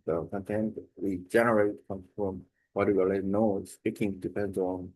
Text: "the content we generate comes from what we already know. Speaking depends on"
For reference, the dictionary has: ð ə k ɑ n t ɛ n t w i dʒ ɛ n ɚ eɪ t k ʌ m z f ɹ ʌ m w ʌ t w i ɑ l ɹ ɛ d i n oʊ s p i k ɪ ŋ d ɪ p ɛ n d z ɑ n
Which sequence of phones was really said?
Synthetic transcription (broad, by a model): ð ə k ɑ n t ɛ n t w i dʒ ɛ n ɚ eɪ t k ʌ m f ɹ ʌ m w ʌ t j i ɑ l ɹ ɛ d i n oʊ s p i k ɪ ŋ d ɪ p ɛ n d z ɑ n